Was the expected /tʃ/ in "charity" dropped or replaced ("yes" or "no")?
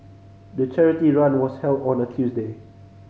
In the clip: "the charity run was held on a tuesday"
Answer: no